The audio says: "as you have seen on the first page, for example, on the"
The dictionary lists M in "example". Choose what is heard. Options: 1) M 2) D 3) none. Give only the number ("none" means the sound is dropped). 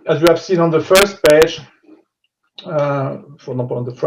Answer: 3